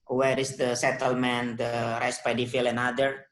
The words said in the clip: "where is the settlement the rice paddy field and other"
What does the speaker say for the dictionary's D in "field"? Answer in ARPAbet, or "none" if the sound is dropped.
none